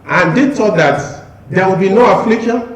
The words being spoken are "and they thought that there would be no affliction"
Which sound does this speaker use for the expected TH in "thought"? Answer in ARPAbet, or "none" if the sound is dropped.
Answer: T